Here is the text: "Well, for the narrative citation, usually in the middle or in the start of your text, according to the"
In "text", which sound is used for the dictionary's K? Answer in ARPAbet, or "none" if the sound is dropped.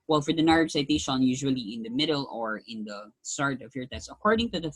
none